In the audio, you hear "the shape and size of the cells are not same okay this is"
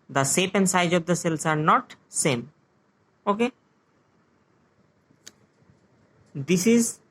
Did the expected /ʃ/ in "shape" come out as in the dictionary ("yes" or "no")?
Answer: no